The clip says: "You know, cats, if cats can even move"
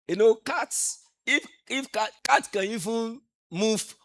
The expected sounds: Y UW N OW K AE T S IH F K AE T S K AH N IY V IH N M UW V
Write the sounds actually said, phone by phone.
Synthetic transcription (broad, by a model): Y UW N OW K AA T S IH F K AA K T K AH N IY V IH N M UW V